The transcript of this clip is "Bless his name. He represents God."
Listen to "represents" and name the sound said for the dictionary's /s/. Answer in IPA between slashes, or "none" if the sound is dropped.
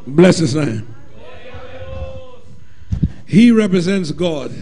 /s/